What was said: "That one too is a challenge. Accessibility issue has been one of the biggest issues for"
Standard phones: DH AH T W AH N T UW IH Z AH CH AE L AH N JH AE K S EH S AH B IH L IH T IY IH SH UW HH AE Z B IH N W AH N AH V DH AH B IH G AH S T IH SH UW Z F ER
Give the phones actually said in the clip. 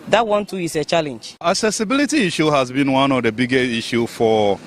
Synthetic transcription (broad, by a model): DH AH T W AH N T UW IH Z AH CH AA L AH N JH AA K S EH S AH B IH L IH T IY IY SH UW HH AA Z B IH N W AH N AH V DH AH B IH G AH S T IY SH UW F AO